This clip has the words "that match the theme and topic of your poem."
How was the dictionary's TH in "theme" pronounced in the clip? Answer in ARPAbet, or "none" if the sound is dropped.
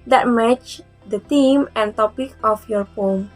T